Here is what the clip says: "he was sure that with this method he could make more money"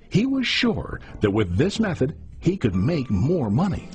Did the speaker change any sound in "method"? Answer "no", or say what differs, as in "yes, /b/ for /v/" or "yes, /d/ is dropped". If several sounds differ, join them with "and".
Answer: no